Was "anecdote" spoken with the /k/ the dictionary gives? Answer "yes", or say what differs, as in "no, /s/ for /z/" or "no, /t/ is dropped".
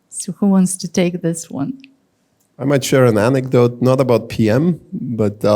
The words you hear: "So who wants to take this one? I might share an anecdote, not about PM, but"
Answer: yes